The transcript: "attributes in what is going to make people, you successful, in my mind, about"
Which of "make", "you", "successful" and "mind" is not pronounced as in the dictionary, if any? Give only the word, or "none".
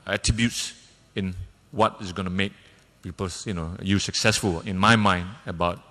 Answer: none